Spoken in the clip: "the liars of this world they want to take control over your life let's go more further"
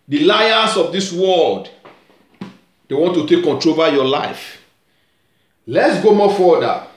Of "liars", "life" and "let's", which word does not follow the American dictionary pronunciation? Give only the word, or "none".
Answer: liars